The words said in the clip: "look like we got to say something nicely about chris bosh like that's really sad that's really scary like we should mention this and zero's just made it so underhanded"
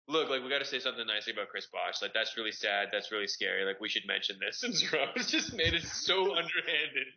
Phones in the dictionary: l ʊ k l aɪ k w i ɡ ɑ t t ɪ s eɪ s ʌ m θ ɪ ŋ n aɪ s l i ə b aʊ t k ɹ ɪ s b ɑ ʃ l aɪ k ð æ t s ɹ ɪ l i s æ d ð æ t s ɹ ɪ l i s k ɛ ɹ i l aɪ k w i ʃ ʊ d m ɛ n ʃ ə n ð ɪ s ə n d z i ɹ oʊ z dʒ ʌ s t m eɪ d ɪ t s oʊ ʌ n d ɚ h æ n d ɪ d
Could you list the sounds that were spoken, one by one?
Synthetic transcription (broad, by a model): l ʊ k l aɪ k w i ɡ ɑ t t ɪ s eɪ s ʌ m θ ɪ ŋ n aɪ s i ə b aʊ t k ɹ ɪ s b ɑ ʃ l aɪ k ð æ t s ɹ ɪ l i s æ d ð æ t s ɹ ɪ l i s k ɛ ɹ i l aɪ k w i ʃ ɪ d m ɛ n ʃ ə n ð ɪ s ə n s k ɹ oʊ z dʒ ʌ s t m eɪ d ɪ t s oʊ ʌ n d ɚ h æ n d ɪ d